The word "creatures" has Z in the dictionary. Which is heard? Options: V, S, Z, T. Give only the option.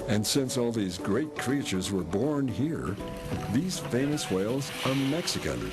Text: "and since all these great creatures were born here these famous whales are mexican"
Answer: Z